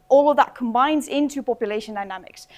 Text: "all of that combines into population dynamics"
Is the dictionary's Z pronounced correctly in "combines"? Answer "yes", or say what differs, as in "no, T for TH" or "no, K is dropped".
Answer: yes